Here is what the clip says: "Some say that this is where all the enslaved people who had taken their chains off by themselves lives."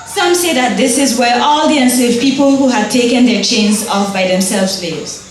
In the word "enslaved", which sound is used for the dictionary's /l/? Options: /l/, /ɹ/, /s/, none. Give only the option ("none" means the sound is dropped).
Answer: none